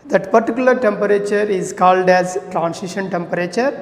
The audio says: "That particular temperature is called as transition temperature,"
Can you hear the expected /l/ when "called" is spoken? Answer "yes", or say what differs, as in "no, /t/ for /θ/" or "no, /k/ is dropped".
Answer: yes